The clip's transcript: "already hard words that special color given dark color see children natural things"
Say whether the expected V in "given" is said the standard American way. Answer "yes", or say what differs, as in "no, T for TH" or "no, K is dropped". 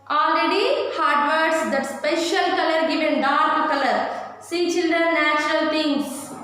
yes